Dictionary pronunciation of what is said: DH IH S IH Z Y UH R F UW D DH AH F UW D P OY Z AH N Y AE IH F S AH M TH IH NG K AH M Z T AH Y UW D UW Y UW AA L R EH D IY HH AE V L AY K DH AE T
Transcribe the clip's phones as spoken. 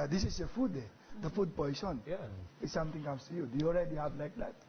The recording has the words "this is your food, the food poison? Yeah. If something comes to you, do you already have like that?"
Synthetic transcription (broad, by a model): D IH S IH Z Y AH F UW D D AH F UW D P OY S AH N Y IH S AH M T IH NG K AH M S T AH Y UW D UW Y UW AA L R EH D IY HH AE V L AY K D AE T